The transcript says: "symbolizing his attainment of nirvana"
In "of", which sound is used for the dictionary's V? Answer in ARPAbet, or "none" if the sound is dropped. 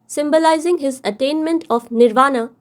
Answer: P